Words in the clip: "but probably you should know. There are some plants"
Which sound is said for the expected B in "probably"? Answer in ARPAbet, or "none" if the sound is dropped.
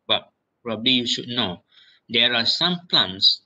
B